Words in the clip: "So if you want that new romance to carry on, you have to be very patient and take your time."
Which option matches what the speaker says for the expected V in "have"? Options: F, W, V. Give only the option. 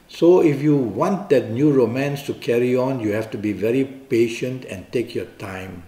F